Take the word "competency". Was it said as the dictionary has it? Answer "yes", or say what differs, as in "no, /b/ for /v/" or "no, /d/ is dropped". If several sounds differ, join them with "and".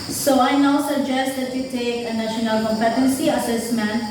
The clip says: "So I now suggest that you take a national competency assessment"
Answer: yes